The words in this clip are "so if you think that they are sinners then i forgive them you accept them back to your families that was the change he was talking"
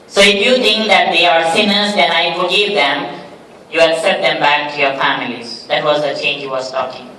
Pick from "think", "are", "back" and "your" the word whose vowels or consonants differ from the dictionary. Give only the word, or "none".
think